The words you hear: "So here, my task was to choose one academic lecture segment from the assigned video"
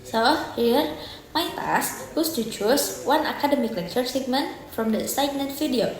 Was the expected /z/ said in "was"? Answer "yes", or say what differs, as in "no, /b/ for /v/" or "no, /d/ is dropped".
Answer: no, /s/ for /z/